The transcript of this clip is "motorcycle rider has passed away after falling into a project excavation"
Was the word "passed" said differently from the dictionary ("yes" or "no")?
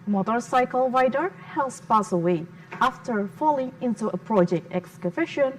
yes